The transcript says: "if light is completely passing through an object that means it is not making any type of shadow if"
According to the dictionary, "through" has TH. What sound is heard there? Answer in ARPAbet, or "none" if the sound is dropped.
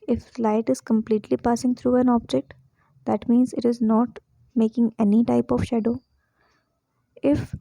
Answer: T